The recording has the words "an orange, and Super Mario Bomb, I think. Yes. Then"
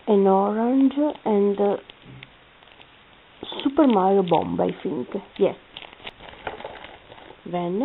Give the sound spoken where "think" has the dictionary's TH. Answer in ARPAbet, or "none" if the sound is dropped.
F